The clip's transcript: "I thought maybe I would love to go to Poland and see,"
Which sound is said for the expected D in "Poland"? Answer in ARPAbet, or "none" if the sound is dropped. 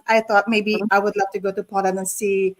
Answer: none